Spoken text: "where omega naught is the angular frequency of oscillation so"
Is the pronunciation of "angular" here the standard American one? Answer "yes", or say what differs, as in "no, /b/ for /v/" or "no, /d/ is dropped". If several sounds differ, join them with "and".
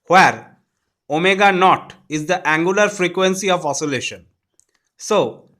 yes